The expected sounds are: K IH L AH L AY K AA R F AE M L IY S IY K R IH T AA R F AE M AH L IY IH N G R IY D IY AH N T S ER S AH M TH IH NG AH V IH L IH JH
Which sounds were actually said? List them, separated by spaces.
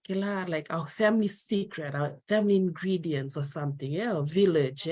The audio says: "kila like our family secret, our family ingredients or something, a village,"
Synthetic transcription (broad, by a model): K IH L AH L AY K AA W F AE M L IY S IY K R IH T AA W F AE M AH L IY IH N G R IY D IY AH N T S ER S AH M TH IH NG AH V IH L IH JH